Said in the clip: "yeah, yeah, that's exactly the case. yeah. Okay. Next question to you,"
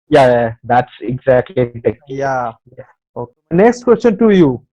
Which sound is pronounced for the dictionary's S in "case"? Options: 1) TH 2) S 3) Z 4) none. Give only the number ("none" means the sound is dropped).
4